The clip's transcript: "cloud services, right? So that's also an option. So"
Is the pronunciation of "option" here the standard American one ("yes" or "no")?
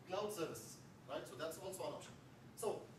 no